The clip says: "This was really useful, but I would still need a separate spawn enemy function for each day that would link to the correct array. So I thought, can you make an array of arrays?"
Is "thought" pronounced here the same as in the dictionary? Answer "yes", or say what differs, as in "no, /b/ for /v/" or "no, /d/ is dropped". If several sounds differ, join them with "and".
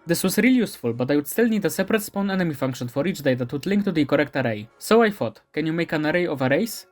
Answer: no, /f/ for /θ/